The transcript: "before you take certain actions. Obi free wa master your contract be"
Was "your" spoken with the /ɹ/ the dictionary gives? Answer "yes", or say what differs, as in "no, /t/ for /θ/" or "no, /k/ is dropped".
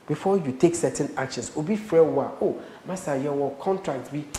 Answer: no, /w/ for /ɹ/